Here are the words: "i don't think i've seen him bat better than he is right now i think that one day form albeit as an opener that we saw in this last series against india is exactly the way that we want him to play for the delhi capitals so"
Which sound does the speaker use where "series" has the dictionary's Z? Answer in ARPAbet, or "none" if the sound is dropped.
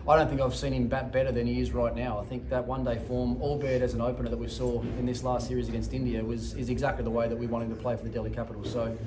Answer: Z